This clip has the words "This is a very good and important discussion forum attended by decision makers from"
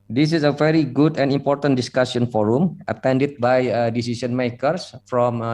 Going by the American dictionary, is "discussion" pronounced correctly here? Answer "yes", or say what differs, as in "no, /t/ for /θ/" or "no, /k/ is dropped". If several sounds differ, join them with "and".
no, /s/ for /ʃ/